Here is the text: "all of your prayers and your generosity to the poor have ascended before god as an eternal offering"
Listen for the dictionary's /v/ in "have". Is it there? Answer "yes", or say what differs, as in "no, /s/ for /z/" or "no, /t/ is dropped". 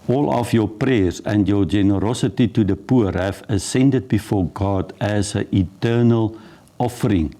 no, /f/ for /v/